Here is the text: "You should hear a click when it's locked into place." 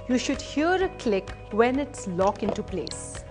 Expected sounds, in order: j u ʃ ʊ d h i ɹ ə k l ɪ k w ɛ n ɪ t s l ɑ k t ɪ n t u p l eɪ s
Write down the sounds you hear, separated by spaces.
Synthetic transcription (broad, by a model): j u ʃ ʊ d h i ɹ ə k l ɪ k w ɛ n ɪ t s l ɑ k ɪ n t u p l eɪ s